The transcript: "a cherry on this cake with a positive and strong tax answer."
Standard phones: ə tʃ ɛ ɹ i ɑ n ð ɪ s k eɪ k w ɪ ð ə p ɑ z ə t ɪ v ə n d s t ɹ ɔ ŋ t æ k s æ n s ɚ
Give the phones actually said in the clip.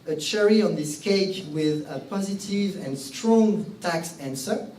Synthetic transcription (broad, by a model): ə tʃ ɛ ɹ i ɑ n ð ɪ s k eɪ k w ɪ ð ə p ɑ z ə t ɪ v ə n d s t ɹ ɔ ŋ t æ k s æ n s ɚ